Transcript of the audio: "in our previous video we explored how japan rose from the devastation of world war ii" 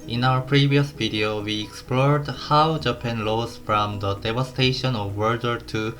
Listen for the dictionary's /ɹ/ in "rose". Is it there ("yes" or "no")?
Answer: no